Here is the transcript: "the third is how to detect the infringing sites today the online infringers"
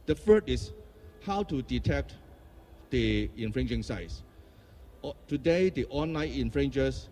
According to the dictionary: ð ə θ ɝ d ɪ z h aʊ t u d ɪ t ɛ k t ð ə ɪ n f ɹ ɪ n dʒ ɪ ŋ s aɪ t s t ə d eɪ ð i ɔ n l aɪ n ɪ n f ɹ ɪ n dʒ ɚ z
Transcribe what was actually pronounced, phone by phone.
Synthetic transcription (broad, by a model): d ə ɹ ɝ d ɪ s h aʊ t u d ɪ t ɛ k t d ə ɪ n f ɹ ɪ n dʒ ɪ ŋ s aɪ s t ə d eɪ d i ɔ n l aɪ n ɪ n f ɹ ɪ n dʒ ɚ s